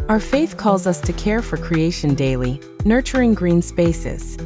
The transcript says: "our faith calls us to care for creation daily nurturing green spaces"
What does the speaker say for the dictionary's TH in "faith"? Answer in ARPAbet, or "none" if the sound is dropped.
TH